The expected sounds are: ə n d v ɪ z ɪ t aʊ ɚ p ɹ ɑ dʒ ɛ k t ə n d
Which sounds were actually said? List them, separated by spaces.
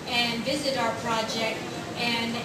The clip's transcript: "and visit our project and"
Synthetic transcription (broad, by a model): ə n v ɪ z ɪ t aʊ ɚ p ɹ ɑ dʒ ɛ k t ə n